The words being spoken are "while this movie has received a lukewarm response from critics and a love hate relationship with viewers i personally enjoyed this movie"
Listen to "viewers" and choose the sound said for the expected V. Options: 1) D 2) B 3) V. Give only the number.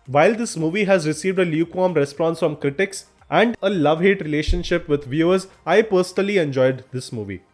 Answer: 3